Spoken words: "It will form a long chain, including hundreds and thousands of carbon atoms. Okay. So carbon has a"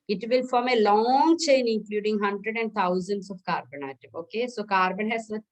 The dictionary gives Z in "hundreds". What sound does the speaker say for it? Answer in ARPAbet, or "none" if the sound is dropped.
none